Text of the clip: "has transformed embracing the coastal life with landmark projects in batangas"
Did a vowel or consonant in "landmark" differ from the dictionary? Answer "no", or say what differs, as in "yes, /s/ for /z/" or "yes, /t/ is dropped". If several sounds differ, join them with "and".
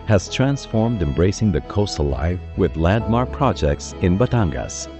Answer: yes, /n/ is dropped